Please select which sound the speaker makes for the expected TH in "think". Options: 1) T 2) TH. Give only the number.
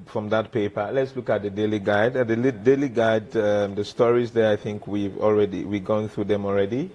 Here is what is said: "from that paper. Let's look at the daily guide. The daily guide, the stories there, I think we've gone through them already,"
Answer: 2